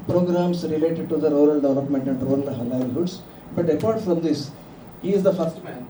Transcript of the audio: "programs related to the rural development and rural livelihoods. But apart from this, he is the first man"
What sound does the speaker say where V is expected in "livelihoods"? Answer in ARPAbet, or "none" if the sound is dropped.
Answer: none